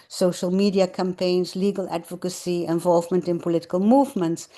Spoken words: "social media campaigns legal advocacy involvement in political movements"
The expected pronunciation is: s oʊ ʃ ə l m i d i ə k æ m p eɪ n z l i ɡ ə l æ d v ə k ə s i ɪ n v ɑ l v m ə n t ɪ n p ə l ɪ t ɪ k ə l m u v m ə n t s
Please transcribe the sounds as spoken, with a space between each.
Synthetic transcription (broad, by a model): s oʊ ʃ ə l m i d i ə k æ m p eɪ n z l i ɡ ə l æ d v ə k ə s i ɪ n v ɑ l v m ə n t ɪ n p ə l ɪ t ɪ k ə l m u v m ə n t s